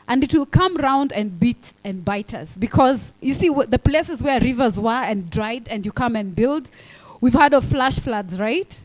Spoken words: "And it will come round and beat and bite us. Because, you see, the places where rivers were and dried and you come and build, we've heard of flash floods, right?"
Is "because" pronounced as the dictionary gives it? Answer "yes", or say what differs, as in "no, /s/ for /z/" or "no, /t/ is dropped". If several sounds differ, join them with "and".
yes